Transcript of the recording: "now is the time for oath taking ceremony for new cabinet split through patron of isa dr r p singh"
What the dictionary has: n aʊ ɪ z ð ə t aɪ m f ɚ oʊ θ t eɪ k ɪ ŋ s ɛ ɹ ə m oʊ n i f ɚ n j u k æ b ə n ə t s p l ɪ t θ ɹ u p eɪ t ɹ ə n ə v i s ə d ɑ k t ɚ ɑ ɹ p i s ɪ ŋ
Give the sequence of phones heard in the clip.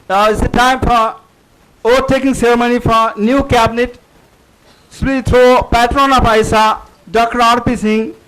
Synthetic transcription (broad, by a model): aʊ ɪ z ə t aɪ m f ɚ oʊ t eɪ k ɪ ŋ s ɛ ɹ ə m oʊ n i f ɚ n j u k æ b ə n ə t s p i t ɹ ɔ p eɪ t ɹ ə n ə p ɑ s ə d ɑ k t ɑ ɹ p i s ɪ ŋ